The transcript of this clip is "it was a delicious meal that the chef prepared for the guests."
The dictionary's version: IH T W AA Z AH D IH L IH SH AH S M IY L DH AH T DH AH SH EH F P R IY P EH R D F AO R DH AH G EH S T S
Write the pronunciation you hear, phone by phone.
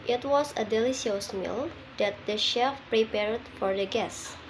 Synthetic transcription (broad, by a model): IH T W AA S AH D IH L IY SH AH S M IY L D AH T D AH SH EH F P R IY P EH R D F AO R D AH G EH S S